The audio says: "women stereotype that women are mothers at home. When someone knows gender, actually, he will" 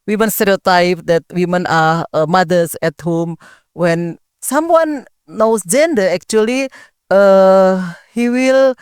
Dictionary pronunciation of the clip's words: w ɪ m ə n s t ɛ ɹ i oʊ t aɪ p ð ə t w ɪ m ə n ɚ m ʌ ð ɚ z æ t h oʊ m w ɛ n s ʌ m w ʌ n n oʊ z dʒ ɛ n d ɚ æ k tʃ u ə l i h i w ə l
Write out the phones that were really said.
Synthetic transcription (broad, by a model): w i m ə n s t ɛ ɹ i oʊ t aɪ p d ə t w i m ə n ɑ m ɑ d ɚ s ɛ t h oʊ m w ɛ n s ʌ m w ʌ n n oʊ s dʒ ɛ n d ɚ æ k tʃ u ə l i h i w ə l